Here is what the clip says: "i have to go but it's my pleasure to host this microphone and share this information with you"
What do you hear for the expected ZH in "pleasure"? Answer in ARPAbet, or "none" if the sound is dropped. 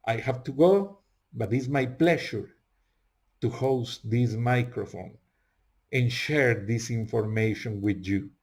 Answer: SH